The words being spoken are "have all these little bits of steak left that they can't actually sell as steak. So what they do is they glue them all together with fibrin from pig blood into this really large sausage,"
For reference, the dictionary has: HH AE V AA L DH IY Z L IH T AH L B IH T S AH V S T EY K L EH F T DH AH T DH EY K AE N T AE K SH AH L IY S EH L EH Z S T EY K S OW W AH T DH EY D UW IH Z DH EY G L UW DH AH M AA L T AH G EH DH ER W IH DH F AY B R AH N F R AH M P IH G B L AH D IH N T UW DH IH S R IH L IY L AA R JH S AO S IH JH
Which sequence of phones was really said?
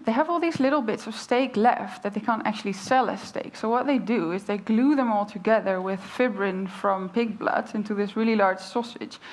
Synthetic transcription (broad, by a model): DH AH V AA L DH IY Z L IH T L B IH T S AH V S T EY K L EH F T DH AH T DH EY K AE N T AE K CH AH L IY S EH L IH S T EY K S OW W AH T DH EY D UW IH Z DH EY G L UW DH AH M AA L T AH G EH DH ER W IH DH F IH B R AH N F R AH M P IH G B L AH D IH N T UW DH IH S R IH L IY L AA R JH S AO S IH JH